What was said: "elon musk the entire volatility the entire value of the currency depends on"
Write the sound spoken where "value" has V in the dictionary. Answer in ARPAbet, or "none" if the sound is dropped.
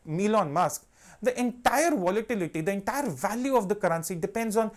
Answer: V